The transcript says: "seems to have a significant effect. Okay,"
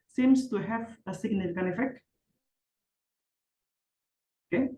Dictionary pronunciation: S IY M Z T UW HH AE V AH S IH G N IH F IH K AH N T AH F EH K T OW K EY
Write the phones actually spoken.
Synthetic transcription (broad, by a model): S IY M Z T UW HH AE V AH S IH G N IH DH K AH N AH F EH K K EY